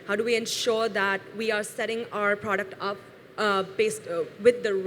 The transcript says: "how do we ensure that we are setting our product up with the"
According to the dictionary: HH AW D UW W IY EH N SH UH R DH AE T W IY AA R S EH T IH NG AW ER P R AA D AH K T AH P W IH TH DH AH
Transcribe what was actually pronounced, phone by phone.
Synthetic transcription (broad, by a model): HH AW D UW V IY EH N SH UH R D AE T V IY AA R S EH T IH NG AW ER P R AA D AH K T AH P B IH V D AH